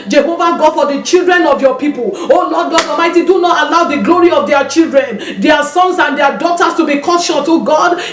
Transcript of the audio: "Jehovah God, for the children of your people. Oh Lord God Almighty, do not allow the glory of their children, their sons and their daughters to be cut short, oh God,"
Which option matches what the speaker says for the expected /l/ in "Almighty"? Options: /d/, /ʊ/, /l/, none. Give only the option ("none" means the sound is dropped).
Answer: none